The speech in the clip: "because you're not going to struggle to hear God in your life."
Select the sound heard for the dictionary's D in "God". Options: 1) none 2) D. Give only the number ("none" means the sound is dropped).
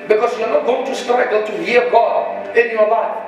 1